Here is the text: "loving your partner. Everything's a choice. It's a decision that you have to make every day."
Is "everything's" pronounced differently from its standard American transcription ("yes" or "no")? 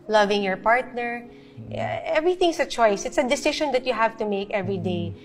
yes